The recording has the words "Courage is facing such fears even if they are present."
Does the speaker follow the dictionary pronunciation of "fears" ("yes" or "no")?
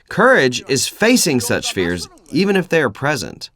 yes